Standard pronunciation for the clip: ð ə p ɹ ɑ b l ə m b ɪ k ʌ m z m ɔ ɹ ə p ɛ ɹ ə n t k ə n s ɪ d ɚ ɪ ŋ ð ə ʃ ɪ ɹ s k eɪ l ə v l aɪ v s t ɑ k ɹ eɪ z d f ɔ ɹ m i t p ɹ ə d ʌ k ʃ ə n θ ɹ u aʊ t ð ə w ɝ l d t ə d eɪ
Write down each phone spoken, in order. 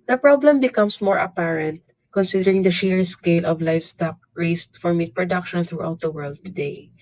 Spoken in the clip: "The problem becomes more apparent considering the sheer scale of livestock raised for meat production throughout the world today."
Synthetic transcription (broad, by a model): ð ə p ɹ ɑ b l ə m b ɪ k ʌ m s m ɔ ɹ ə p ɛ ɹ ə n t k ə n s ɪ d ɚ ɪ ŋ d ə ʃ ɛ ɹ s k eɪ l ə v l aɪ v s t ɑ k ɹ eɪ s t f ɔ ɹ m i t p ɹ ə d ʌ k ʃ ə n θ ɹ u aʊ t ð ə w ɝ l d t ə d eɪ